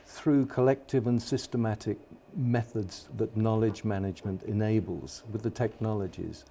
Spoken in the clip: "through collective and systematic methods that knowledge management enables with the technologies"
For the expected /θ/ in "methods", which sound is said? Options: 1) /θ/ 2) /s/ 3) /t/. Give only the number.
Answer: 1